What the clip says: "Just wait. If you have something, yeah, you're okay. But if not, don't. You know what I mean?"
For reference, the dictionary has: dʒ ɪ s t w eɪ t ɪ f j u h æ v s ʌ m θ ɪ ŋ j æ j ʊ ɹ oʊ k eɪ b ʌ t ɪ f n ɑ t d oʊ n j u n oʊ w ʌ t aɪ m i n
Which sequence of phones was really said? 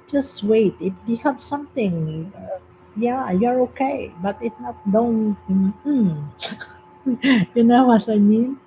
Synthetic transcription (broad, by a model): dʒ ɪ s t w eɪ t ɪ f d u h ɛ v s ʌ m t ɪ ŋ j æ j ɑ ɹ oʊ k eɪ b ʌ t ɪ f n ɑ t d oʊ n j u n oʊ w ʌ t aɪ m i n